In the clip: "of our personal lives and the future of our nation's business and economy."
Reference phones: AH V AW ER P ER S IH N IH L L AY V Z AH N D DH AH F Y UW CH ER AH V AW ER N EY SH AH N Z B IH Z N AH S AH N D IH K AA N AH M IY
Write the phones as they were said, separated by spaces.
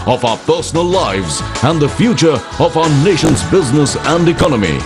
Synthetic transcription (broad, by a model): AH V AW ER P ER S IH N IH L L AY V Z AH N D DH AH F Y UW CH ER AH V AW ER N EY SH AH N Z B IH Z N AH S AH N D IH K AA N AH M IY